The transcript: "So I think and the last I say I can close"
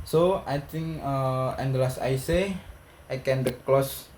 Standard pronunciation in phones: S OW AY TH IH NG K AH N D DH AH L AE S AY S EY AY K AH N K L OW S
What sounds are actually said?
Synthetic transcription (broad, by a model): S OW AY T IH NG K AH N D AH L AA S AY S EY AY K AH N K L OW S